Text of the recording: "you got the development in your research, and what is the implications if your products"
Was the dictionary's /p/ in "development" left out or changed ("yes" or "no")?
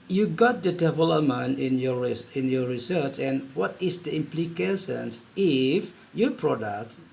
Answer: yes